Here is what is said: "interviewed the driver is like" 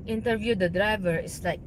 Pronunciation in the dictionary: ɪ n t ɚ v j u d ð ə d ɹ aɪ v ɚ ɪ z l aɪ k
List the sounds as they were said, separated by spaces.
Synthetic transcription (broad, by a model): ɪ n t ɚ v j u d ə d ɹ aɪ v ɚ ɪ s l aɪ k